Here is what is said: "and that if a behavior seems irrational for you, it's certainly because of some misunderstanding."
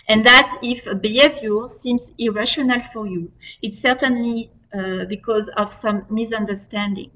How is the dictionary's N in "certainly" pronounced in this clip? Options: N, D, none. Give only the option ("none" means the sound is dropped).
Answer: N